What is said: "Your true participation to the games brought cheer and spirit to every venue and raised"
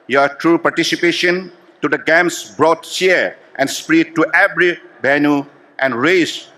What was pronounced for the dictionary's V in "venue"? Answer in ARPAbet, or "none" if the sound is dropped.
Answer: B